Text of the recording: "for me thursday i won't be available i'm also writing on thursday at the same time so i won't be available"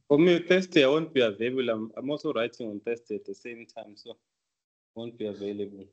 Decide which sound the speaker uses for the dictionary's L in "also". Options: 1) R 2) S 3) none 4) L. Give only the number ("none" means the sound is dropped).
3